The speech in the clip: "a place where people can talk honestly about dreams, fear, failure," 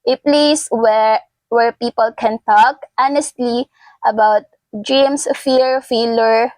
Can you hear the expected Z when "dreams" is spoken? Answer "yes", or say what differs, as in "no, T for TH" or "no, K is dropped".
no, S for Z